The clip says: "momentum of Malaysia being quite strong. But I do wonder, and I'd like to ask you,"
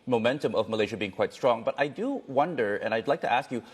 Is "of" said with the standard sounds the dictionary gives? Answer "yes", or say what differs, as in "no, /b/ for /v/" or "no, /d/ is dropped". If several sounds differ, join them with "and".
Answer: yes